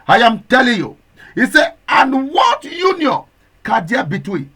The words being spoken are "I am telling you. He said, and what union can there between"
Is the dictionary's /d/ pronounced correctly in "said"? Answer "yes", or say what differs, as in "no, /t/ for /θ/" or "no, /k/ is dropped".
no, /d/ is dropped